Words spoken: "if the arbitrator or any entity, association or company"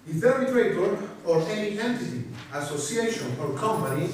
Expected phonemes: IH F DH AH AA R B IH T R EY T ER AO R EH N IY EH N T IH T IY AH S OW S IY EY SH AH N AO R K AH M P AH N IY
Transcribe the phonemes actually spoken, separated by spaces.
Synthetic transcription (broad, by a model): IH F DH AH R IH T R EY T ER AO R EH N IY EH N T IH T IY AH S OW S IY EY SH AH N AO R K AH M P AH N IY